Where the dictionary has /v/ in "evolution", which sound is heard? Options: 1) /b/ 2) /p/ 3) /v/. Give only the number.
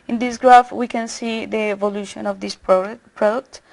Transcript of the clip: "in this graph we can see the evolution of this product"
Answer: 3